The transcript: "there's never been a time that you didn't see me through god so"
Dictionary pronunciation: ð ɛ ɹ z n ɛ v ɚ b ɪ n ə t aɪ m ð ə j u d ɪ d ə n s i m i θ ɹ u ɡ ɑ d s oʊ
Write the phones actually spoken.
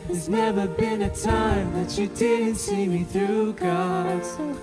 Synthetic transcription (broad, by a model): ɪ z n ɛ v ɚ b ɪ n ə t aɪ m ð ə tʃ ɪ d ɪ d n s i m i θ ɹ u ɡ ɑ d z